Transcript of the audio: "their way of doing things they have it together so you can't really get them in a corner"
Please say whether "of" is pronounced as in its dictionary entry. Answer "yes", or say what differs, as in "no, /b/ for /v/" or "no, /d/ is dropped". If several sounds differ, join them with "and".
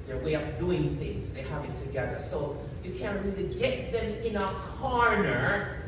no, /p/ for /v/